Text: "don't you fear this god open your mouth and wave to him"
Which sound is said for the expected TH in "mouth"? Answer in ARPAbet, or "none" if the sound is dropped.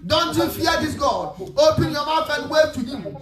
F